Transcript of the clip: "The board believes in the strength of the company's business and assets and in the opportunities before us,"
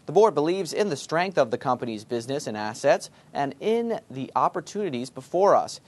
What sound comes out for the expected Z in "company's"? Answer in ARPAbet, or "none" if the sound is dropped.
Z